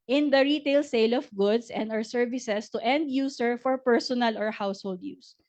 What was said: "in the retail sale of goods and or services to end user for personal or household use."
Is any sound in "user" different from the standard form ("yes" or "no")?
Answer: yes